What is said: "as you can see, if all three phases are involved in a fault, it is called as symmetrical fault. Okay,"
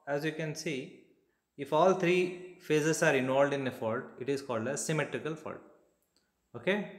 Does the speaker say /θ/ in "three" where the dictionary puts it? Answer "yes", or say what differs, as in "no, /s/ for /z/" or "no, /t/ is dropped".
no, /t/ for /θ/